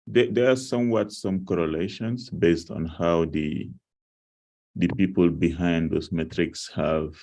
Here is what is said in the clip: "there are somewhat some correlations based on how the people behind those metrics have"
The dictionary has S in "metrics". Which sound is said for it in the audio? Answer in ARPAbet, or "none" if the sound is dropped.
S